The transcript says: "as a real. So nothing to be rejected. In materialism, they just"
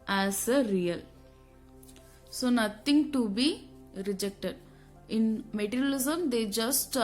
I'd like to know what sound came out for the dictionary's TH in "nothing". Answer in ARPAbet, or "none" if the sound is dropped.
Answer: T